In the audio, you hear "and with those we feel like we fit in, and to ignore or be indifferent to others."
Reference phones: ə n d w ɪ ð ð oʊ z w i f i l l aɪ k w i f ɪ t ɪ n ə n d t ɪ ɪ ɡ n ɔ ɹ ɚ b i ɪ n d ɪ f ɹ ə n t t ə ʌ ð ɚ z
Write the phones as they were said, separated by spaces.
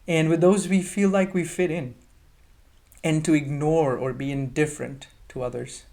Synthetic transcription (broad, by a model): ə n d w ɪ ð ð oʊ z w i f i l l aɪ k w i f ɪ t ɪ n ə n t ɪ ɪ ɡ n ɔ ɹ ɚ b i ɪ n d ɪ f ɹ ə n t t ə ʌ ð ɚ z